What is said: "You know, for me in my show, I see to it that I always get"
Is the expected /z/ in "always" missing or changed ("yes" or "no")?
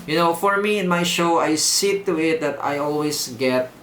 yes